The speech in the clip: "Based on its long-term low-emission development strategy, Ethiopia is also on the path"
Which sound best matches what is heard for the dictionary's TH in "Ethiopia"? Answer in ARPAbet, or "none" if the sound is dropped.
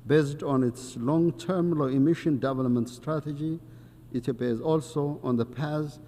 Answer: T